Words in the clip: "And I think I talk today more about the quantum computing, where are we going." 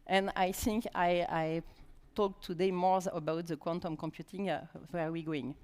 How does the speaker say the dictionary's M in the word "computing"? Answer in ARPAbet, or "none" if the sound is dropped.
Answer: M